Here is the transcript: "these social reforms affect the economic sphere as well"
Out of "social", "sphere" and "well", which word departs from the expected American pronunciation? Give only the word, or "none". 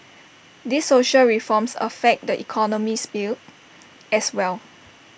sphere